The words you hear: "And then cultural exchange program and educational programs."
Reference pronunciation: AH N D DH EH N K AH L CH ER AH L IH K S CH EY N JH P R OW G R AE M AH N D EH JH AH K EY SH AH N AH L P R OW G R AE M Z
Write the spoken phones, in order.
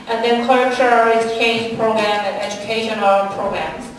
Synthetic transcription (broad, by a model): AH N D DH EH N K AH CH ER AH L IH S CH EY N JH P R OW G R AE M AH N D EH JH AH K EY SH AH N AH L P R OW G R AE M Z